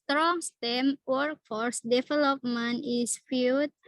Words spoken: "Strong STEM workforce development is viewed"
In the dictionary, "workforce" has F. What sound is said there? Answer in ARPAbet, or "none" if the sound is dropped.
F